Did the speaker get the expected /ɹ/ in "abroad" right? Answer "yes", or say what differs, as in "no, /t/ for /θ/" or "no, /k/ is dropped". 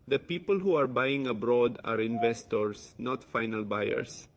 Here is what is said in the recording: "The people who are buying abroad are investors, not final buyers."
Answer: yes